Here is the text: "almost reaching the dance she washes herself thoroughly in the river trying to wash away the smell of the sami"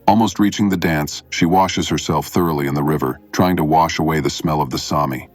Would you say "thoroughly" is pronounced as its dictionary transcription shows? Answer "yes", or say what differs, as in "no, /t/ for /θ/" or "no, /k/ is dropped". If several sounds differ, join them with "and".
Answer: yes